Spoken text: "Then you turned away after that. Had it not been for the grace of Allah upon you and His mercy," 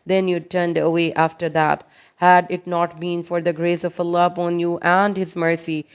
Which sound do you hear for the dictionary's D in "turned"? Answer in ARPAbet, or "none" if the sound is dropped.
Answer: D